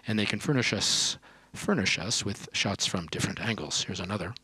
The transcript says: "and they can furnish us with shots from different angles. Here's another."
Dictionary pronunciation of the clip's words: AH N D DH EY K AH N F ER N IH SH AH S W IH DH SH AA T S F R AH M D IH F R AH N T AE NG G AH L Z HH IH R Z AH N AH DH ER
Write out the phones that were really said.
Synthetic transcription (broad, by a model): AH N DH EY K AH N F ER N IH SH AH S W IH DH SH AA T S F R AH M D IH F R AH N T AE NG G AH L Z HH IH R Z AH N AH DH ER